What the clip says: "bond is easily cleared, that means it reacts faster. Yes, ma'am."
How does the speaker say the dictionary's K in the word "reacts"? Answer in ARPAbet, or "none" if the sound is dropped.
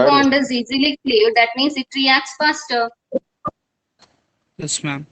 K